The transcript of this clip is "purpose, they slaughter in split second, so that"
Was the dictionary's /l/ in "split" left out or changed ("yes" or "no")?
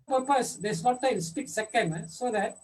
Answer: yes